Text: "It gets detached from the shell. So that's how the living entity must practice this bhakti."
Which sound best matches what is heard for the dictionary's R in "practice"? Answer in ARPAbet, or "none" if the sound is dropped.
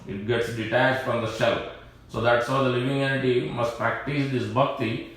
R